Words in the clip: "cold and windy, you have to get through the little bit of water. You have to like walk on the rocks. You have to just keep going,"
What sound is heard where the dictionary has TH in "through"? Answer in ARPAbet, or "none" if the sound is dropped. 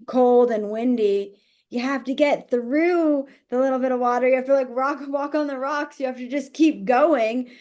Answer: TH